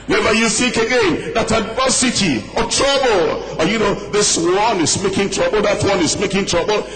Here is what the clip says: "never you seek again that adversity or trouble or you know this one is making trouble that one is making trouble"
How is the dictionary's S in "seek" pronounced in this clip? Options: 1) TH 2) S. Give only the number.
1